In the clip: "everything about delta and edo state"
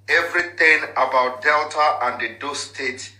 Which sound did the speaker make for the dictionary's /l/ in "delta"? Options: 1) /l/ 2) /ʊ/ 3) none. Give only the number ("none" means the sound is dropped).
1